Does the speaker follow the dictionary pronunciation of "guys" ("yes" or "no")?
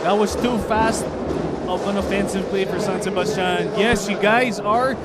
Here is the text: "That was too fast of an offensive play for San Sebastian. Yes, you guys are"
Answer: yes